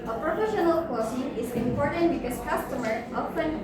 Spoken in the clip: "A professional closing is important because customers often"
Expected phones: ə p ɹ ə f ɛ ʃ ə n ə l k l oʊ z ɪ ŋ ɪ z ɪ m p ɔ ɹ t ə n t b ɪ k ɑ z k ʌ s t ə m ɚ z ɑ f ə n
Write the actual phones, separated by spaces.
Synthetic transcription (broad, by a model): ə p ɹ ə f ɛ ʃ ə n ə l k oʊ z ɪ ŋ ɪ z ɪ m p ɔ ɹ t ə n t b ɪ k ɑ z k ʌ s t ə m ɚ ɑ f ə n